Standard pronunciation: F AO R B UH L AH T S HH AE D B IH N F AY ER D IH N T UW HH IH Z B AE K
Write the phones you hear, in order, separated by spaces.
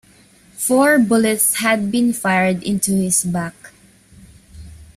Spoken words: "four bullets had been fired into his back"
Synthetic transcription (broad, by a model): F AO R B UH L AH T S HH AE D B IH N F AY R D IH N T UW HH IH S B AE K